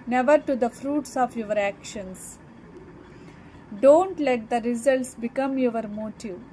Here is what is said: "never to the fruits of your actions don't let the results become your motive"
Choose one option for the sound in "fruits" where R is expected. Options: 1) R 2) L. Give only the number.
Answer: 1